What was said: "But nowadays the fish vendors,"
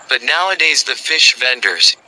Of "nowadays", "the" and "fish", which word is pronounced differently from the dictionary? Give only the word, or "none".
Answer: none